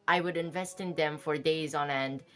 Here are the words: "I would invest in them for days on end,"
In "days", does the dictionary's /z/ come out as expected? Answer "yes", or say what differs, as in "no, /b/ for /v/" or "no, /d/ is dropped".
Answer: yes